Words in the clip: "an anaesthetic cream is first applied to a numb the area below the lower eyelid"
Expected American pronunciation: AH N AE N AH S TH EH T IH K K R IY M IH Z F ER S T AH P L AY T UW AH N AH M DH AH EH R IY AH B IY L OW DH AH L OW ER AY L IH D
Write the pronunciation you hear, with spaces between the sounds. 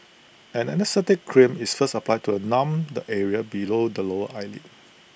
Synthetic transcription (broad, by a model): AH N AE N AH S T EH T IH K K R IY M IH S F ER S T AH P L AY T UW AH N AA M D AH EH R IY AH B IY L OW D AH L OW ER AY L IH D